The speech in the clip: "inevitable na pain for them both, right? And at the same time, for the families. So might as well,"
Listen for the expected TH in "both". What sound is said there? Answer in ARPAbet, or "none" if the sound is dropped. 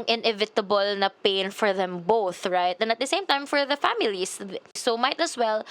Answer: TH